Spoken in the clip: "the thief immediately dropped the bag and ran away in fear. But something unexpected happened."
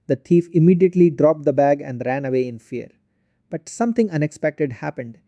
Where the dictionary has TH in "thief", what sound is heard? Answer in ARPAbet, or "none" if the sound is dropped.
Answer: T